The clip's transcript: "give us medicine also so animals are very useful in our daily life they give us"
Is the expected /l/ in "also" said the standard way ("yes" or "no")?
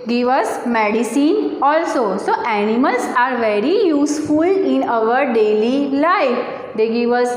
yes